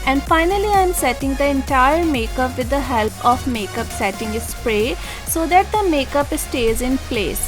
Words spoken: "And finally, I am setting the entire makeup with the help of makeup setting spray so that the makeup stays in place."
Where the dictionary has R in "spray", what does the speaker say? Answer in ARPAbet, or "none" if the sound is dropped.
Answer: R